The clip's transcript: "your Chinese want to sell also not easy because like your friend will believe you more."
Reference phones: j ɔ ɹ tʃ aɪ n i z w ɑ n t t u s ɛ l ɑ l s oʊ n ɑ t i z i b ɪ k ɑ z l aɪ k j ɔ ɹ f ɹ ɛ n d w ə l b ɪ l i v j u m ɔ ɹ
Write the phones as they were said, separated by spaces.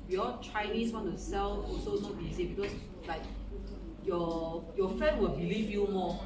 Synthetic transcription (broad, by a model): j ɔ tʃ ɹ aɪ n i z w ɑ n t t u s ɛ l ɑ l s oʊ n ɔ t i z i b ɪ k ɑ s l aɪ k j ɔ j f ɛ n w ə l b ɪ l i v j u m ɔ